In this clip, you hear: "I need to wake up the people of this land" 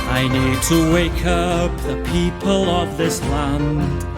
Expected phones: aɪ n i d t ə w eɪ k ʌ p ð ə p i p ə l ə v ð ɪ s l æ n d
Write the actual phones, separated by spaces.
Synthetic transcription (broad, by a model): aɪ n i d t ə w eɪ k ʌ p ð ə p i p ə l ə v ð ɪ s l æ n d